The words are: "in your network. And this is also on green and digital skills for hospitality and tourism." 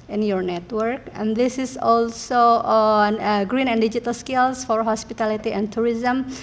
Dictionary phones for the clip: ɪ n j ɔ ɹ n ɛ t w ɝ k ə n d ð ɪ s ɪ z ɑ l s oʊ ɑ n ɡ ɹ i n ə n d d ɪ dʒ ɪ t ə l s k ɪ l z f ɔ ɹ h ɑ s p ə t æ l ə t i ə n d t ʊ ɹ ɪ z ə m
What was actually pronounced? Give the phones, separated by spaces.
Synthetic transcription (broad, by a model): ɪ n j ɔ ɹ n ɛ t w ɝ k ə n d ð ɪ s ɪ s ɑ l s oʊ ɑ n ɡ ɹ i n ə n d d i dʒ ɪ t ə l s k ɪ l s f ɔ ɹ h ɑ s p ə t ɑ l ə t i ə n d t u ɹ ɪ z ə m